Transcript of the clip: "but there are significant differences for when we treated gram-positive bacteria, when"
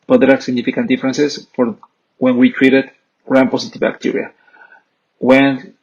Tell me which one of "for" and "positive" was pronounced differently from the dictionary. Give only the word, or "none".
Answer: positive